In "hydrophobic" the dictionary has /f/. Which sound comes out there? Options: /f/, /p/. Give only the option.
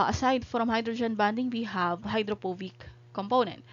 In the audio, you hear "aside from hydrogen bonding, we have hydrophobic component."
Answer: /p/